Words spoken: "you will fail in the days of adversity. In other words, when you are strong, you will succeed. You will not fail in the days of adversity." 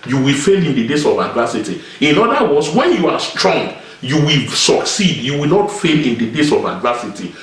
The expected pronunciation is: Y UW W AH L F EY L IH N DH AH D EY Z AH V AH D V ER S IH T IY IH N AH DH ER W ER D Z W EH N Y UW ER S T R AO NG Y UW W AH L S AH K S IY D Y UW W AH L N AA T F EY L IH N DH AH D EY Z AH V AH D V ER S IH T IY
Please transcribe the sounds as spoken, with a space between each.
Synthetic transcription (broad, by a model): Y UW W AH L F EY L IH N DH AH D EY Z AH V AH D V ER S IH T IY IH N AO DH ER W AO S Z W EH N Y UW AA S T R AO NG Y UW W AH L S AH K S IY D Y UW W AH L N AA T F EY L IH N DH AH D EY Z AH V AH D V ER S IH T IY